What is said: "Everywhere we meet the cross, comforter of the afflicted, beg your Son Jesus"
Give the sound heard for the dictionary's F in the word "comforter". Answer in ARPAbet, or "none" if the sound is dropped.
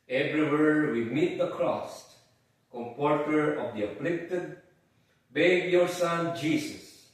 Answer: P